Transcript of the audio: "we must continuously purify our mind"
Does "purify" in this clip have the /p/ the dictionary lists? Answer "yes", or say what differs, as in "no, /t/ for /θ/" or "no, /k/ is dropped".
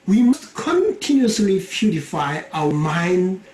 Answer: no, /f/ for /p/